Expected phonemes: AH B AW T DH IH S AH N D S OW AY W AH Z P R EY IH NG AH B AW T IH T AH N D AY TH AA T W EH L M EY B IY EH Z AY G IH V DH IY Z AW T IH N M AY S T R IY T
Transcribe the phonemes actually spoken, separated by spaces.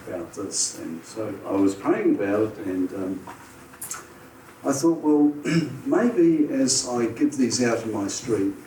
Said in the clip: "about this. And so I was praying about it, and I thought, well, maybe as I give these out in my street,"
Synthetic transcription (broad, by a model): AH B AW T DH IH S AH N S OW AY W AH Z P EY IH NG AH B AW T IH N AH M AY TH AA T W EH L M EY B IY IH Z AY G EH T DH IY Z AW T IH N M AY S T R IY T